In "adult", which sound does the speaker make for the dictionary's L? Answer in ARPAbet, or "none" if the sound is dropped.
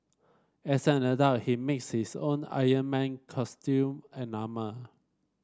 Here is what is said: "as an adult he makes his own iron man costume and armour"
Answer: none